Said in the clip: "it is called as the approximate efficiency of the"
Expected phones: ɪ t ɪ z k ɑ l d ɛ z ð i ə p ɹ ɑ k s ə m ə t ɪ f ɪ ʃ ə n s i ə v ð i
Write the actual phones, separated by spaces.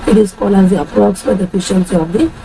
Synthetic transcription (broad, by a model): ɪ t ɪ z k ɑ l ɛ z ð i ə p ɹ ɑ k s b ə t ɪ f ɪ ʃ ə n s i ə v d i